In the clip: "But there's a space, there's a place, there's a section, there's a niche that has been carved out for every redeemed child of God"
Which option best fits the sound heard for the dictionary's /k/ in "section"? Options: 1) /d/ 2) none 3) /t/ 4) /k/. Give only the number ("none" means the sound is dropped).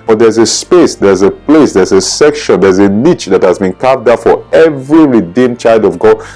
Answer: 4